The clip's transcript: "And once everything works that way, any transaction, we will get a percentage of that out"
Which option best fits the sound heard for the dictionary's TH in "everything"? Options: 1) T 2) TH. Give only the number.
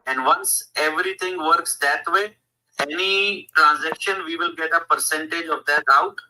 1